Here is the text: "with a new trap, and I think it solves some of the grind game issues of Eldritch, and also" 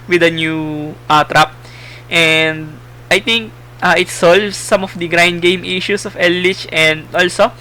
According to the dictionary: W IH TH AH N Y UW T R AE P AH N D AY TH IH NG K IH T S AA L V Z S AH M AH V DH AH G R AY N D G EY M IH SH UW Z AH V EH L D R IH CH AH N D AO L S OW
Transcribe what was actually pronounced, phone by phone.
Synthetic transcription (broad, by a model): W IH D AH N Y UW T R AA P AH N D AY T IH NG K IH T S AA L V S AH M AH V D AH G R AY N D G EY M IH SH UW S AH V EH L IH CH AH N D AO L S OW